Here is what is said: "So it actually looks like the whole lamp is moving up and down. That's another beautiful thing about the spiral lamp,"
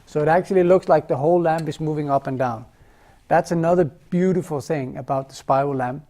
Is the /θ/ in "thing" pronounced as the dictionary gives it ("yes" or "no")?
yes